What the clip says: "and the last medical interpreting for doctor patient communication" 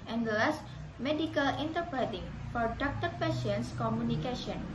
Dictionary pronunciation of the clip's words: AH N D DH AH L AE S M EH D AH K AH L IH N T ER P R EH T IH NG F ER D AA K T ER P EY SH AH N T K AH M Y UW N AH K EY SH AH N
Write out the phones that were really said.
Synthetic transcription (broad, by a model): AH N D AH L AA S M EH D AH K AH L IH N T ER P R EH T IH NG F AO D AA K T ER P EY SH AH N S K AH M Y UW N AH K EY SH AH N